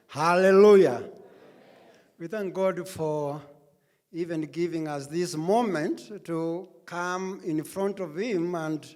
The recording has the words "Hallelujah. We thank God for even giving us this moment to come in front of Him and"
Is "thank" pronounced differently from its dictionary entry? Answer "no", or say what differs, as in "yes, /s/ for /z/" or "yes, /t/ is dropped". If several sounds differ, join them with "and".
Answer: no